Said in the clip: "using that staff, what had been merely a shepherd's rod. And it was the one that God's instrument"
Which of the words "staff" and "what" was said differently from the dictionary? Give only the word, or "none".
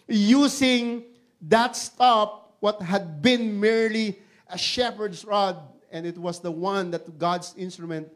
staff